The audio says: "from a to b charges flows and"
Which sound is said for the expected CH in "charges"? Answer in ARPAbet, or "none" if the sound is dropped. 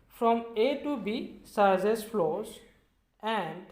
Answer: S